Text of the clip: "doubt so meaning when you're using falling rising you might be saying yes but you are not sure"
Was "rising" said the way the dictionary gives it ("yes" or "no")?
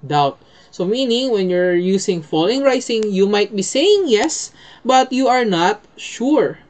no